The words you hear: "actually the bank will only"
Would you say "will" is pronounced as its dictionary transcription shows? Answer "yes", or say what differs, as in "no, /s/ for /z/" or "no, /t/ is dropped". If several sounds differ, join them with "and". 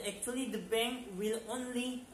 yes